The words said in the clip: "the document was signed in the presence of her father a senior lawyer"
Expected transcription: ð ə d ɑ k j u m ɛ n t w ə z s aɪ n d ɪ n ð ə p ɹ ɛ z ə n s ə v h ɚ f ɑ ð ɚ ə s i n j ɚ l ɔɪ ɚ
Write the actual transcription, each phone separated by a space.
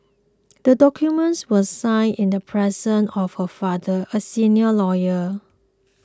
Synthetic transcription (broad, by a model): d ə d ɑ k j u m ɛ n t w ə s aɪ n ɪ n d ə p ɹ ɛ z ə n ə f h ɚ f ɑ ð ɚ ə s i n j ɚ l ɔɪ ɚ